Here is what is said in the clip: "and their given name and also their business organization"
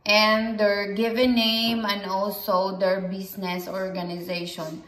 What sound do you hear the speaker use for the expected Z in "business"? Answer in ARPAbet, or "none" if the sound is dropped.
S